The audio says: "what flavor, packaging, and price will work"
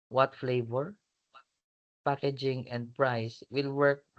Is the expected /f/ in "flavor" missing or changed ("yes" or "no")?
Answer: no